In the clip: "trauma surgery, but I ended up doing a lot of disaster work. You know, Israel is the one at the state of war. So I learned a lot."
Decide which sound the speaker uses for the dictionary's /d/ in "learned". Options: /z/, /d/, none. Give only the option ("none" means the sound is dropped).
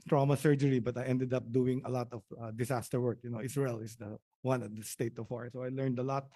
/d/